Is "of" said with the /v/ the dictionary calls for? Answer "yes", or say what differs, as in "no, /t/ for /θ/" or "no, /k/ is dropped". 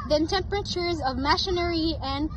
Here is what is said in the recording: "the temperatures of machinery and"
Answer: yes